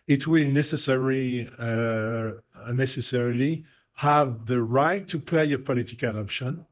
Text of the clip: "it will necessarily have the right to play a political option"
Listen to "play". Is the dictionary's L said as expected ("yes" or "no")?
no